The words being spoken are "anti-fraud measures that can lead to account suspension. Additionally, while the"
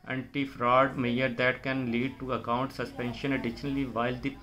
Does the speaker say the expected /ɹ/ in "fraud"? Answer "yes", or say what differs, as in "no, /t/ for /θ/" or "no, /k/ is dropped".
yes